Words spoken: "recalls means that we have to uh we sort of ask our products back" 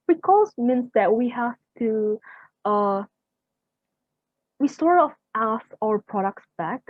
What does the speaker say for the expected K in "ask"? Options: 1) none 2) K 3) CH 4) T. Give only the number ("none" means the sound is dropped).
1